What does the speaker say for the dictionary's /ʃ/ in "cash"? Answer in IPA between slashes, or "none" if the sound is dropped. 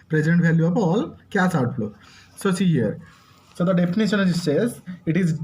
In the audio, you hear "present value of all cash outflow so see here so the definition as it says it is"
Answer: /s/